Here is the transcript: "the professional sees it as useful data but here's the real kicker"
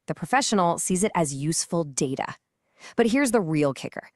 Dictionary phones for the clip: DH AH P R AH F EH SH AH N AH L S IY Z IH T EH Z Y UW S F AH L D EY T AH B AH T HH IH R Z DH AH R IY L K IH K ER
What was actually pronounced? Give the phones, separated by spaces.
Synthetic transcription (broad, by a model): DH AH P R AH F EH SH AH N L S IY Z IH T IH Z Y UW S F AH L D EY T AH B AH T HH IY R Z DH AH R IY L K IH K ER